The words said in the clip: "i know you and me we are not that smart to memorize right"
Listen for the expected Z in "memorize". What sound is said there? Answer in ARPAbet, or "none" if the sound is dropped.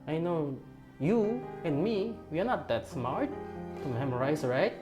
S